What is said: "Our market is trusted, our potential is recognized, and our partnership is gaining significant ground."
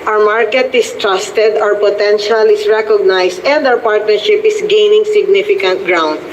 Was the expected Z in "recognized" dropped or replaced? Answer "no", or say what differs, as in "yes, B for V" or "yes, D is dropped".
yes, S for Z